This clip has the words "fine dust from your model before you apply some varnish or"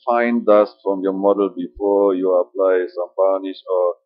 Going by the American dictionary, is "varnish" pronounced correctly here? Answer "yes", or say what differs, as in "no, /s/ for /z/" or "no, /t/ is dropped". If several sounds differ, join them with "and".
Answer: no, /b/ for /v/